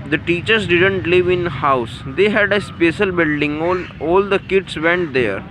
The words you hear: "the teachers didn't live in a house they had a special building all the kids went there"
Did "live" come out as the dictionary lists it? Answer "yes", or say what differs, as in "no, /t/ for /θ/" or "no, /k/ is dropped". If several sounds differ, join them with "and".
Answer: yes